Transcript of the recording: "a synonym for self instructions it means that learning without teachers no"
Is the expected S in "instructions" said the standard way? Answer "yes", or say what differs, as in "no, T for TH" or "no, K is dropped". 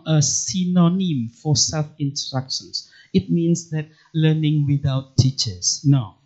no, S is dropped